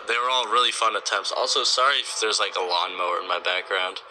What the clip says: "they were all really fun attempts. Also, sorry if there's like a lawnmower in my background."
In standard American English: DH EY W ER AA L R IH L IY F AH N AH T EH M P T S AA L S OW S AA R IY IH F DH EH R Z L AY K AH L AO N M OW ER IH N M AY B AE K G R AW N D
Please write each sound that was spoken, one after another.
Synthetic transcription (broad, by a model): DH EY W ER AA L R IH L IY F AH N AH T EH M P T S AA L S OW S AA R IY IH F DH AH R Z L AY K AH L AO N M OW ER IH N M AY B AE K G R AW N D